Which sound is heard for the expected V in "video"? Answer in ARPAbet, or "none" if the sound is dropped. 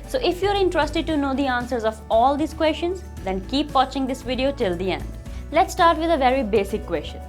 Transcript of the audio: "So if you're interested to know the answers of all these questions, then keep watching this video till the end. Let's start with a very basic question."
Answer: V